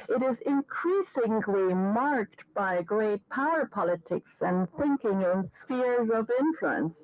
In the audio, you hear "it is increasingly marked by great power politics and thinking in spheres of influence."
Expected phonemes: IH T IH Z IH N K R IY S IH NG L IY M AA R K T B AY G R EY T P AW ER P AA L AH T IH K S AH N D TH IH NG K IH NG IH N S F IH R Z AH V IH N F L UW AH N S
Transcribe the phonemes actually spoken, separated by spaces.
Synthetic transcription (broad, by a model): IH T IH Z IH N K R IY S IH NG L IY M AA R K T B AY G R EY T P AW ER P AA L AH T IH K S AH N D TH IH NG K IH NG IH N S F IH R Z AH V IH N F L UW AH N S